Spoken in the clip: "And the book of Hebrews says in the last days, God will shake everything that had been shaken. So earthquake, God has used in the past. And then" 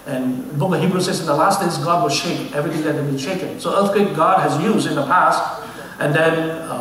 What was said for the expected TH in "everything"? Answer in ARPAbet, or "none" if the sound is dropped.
TH